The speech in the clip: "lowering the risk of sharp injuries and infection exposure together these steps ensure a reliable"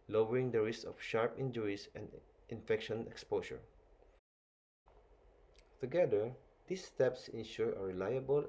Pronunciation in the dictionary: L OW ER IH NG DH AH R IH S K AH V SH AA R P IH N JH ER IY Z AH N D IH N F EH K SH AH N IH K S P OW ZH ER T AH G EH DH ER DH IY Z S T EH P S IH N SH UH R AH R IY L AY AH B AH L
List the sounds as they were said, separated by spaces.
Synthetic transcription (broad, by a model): L OW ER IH NG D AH R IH S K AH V SH AA R P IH N JH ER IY S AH N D IH N F EH K SH AH N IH K S P OW S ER T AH G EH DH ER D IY S T EH P S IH N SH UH R AH R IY L AY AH B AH L